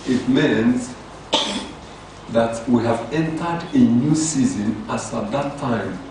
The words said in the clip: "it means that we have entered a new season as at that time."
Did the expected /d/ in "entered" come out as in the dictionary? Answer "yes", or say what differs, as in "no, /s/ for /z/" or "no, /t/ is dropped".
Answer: yes